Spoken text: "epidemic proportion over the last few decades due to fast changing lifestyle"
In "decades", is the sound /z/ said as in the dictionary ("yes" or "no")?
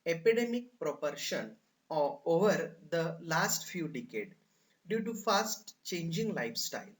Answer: no